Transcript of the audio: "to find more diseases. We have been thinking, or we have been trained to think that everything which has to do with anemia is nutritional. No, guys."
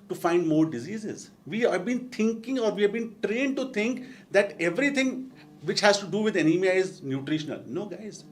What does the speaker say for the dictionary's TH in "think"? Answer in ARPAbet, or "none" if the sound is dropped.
T